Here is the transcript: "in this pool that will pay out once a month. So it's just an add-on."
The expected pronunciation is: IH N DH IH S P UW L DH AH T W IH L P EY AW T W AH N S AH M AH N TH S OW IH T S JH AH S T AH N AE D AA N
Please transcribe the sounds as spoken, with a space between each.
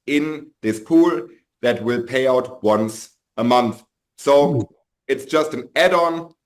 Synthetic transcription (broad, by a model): IH N DH IH S P UW L DH AH T W IH L P EY AW T W AH N S AH M AH N TH S OW IH T S JH AH S T AH N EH D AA N